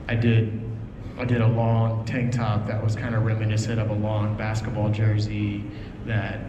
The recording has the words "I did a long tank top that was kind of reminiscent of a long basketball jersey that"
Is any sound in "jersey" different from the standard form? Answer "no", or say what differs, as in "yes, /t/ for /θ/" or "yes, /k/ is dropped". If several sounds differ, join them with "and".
no